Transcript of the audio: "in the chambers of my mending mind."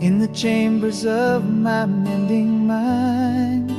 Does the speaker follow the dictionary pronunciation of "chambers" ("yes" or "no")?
yes